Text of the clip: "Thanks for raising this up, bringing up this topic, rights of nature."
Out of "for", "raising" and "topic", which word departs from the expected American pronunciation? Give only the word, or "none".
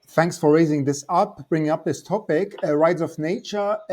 none